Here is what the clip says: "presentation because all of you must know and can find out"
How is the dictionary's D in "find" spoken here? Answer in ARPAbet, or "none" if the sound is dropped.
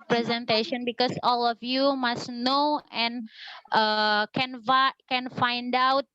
D